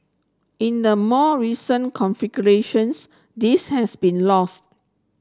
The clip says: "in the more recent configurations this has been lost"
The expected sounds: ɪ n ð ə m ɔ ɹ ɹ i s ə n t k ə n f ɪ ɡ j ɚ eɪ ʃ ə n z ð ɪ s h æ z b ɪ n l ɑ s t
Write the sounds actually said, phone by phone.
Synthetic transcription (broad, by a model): ɪ n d ə m ɔ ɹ ɹ i s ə n k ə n f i ɡ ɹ eɪ ʃ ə n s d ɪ s h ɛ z b ɪ n l ɑ s t